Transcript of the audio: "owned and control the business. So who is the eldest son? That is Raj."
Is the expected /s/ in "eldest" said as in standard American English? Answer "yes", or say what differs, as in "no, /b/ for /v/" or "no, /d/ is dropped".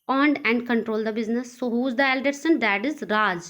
no, /s/ is dropped